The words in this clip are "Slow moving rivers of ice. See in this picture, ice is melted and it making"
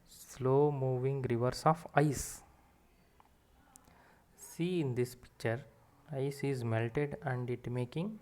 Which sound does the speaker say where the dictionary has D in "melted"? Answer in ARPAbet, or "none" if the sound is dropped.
D